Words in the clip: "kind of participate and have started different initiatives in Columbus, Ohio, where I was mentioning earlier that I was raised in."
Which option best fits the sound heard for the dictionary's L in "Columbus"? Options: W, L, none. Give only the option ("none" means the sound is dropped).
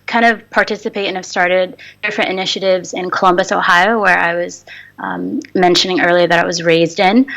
L